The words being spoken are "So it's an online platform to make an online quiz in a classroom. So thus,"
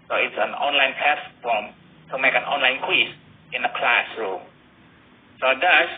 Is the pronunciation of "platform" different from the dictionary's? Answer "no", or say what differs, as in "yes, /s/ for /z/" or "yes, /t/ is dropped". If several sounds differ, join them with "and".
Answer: yes, /s/ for /t/